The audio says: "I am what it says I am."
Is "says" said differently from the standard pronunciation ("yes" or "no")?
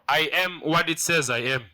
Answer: no